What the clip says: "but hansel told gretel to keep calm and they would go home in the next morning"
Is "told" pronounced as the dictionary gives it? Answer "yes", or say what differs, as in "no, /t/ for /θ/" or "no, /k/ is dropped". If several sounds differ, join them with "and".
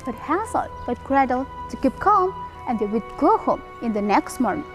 no, /l/ is dropped